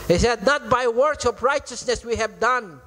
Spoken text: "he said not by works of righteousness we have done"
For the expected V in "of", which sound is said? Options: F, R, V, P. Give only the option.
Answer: P